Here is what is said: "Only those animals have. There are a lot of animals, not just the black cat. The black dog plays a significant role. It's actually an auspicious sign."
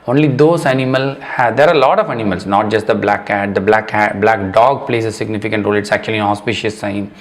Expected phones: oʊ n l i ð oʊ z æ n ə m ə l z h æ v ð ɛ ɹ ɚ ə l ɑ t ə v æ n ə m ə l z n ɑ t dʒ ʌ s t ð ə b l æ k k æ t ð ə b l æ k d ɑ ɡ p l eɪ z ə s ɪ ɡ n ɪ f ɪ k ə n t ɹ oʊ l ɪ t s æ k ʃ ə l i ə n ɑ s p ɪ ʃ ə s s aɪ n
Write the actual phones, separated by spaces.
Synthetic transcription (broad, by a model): oʊ n l i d oʊ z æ n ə m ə l h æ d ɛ ɹ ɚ ə l ɑ t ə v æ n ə m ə l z n ɑ t dʒ ʌ s t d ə b l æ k k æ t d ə b l æ k d ɑ ɡ p l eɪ s ə s ɪ ɡ n ɪ f ɪ k ə n t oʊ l ɪ t s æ k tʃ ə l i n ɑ s p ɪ ʃ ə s s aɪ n